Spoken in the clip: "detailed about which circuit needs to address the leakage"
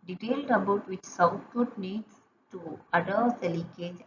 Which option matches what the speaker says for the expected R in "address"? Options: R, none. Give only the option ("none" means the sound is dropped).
none